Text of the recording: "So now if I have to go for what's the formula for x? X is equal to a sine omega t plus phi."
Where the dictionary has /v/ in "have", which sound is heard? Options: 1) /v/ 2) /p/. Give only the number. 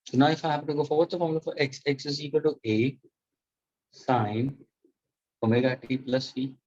2